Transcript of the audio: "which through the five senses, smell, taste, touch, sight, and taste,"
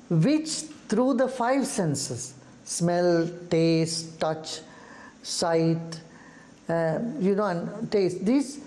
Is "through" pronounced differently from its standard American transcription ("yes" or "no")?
yes